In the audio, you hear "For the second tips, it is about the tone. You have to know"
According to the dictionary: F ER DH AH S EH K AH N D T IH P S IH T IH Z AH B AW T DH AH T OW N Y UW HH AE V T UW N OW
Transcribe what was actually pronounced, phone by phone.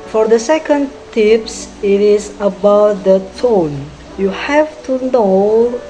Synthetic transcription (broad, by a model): F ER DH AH S EH K AH N D T IH P S IH T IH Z AH B AW T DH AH T OW N Y UW HH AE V T UW N OW